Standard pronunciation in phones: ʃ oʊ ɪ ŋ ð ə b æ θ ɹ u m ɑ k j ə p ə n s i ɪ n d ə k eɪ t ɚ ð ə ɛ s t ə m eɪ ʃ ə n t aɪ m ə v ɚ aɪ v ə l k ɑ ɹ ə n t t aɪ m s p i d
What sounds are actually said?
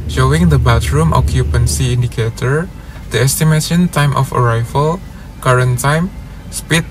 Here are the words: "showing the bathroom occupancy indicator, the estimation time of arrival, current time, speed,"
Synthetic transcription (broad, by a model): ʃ oʊ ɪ ŋ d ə b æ t ɹ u m ɑ k j ə p ə n s i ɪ n d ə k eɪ t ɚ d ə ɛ s t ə m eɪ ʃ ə n t aɪ m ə f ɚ aɪ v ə l k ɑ ɹ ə n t t aɪ m s p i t